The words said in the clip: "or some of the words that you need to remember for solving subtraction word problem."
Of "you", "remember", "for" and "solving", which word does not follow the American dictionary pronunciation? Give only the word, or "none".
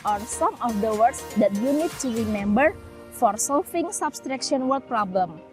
solving